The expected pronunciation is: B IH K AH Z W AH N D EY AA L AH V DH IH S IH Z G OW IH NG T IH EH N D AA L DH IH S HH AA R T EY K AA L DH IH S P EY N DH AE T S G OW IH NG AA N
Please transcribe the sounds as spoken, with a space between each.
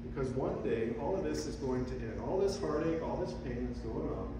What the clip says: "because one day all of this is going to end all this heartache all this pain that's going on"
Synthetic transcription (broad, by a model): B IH K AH Z W AH N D EY AA L AH V DH IH S IH Z G OW IH NG T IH EH N D AA L DH IH S HH AA R T EY K AA L DH IH S P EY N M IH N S G OW IH NG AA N